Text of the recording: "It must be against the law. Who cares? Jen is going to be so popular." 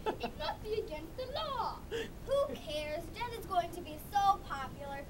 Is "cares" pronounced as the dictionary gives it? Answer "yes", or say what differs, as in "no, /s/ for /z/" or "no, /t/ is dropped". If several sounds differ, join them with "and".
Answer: yes